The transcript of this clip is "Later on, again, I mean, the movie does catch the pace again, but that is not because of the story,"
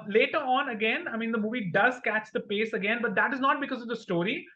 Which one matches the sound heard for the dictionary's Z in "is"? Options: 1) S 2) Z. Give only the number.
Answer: 2